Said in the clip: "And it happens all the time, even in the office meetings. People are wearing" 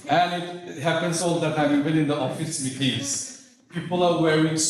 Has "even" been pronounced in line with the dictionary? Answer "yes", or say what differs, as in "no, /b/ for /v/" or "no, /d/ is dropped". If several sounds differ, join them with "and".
no, /w/ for /v/